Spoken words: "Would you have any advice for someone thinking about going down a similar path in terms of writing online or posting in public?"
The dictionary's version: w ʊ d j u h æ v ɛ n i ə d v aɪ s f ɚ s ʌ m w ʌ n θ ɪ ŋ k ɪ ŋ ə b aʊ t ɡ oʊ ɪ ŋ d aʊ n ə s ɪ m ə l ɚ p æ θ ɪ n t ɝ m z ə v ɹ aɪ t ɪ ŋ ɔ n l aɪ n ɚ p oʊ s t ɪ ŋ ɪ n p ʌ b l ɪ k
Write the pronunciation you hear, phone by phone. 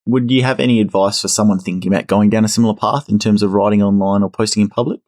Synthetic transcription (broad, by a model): w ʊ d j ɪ v ɛ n i ə d v aɪ s f ɚ s ʌ m w ʌ n θ ɪ ŋ k ɪ ŋ ə b aʊ t ɡ oʊ ɪ ŋ d aʊ n ə s ɪ m l ɚ p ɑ θ ɪ n t ɝ m z ə v ɹ aɪ t ɪ ŋ ɔ n l aɪ n ɚ p oʊ s t ɪ ŋ ɪ n p ʌ b l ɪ k